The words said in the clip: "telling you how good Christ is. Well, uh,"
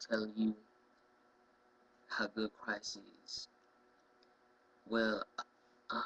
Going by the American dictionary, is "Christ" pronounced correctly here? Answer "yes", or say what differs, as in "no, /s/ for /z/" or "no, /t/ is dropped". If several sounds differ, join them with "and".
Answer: no, /t/ is dropped